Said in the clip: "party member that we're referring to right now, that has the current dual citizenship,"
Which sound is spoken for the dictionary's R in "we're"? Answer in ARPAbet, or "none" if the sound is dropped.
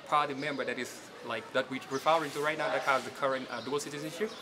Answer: W